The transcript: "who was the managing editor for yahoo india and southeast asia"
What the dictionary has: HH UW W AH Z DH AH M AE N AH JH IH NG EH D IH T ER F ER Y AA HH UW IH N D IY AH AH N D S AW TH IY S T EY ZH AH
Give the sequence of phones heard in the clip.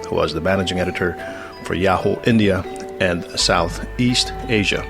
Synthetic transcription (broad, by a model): HH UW W AH Z DH AH M AE N AH JH IH NG EH D IH T ER F ER Y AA HH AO IH N D IY AH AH N S AW TH IY S T EY ZH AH